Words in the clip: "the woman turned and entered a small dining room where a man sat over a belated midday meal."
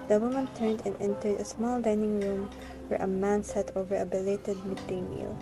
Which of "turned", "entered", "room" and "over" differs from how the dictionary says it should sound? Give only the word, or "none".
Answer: none